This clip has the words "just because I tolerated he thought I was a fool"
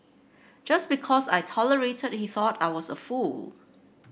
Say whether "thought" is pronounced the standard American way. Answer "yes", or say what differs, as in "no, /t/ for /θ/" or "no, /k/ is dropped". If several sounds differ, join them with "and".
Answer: yes